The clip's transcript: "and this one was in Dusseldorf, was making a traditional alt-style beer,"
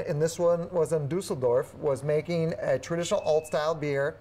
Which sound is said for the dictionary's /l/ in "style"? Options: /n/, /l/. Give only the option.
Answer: /l/